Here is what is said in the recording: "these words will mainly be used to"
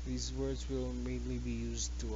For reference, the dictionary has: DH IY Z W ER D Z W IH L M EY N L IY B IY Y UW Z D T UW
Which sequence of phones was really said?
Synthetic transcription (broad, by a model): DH IY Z W ER D Z W IH L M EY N L IY B IY Y UW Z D T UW